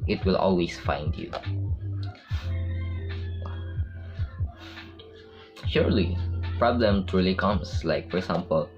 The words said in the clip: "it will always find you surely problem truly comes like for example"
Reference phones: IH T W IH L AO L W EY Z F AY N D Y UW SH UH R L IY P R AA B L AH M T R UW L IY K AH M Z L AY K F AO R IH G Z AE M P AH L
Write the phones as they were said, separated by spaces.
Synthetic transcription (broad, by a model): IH T W IH L AO L W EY S F AY N D Y UW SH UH R L IY P R AA B L AH M T R UW L IY K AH M S L AY K F AO R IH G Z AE M P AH L